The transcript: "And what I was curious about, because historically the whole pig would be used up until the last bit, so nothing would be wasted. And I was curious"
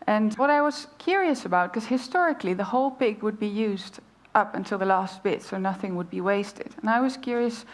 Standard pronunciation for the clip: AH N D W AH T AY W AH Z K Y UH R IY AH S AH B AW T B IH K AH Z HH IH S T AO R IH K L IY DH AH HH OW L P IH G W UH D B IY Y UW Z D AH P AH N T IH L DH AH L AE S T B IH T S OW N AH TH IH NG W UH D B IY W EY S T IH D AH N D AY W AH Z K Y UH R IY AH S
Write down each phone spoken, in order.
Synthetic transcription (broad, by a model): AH N W AH T AY W AH Z K Y UH R IY AH S AH B AW T K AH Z HH IH S T AO R IH K L IY DH AH HH OW L P IH G W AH D B IY Y UW Z D AH P AH N T IH L DH AH L AE S T B IH T S OW N AH TH IH NG W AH D B IY W EY S T IH D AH N AY W AH Z K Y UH R IY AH S